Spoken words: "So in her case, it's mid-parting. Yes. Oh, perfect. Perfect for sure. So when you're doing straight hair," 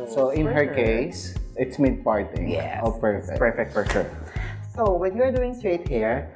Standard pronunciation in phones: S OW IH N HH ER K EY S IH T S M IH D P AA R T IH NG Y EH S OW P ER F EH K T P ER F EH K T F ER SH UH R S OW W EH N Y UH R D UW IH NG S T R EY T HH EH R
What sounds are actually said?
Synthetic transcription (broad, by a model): S OW IH N HH ER K EY S IH T S M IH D P AA R T IH NG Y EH OW P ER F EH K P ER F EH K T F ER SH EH S OW W EH N Y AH R D UW IH NG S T R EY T HH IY R